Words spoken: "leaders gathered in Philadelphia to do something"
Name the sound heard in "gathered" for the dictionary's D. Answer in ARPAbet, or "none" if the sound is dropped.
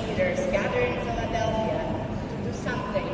none